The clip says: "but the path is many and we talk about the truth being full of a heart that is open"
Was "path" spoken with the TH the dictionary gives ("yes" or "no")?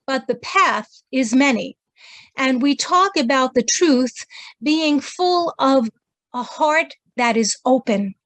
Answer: yes